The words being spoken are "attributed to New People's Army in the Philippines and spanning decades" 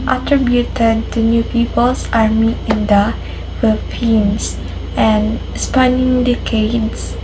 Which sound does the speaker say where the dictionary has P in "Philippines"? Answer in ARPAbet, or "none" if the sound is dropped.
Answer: F